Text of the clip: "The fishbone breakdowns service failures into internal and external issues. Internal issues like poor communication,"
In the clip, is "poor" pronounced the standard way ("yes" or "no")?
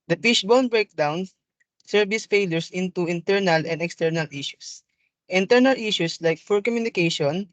no